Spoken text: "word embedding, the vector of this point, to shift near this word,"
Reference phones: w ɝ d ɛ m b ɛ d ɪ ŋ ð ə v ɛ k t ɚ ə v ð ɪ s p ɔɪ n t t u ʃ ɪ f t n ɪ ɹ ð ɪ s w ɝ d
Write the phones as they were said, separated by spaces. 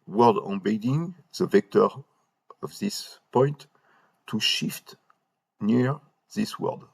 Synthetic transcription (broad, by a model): w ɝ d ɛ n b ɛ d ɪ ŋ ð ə v ɛ k t ɚ ə v ð ɪ s p ɔɪ n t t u ʃ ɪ f t n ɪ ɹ ð ɪ s w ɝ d